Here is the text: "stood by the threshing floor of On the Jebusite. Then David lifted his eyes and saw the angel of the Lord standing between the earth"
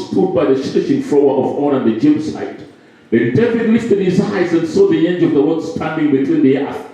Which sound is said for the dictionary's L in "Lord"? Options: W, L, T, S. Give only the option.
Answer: W